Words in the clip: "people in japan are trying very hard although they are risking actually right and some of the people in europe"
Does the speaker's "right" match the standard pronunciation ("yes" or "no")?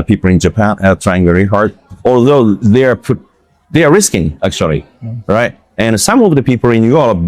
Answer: yes